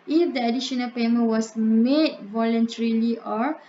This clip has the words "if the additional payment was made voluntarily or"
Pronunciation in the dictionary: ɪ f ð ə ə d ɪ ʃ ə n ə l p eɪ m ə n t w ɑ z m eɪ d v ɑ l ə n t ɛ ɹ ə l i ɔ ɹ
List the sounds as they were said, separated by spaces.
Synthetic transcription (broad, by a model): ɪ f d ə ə d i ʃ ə n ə l p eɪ m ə n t w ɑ s m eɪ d v ɑ l ə n t ɛ ɹ ə l i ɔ ɹ